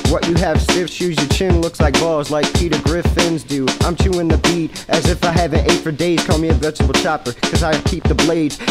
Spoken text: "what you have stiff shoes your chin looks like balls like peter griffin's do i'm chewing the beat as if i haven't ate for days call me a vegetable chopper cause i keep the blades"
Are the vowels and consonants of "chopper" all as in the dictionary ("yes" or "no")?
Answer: yes